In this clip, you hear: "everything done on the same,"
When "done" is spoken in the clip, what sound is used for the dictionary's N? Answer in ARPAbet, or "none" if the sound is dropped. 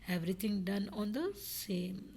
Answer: N